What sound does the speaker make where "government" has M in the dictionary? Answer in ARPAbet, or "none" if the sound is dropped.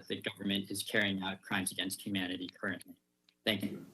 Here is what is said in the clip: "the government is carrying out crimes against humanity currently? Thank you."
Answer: M